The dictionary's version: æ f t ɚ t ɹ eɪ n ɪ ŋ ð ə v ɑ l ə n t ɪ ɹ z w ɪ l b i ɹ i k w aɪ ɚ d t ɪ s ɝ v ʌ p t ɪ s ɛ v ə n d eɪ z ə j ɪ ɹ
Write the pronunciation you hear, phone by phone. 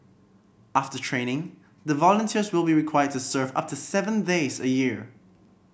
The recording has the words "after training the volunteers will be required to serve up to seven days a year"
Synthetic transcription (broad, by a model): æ f t ɚ t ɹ eɪ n ɪ ŋ ð ə v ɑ l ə n t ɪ ɹ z w ɪ l b i ɹ i k w aɪ ɚ d t ɪ s ɝ v ʌ p t ɪ s ɛ v ə n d eɪ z ə j ɪ ɹ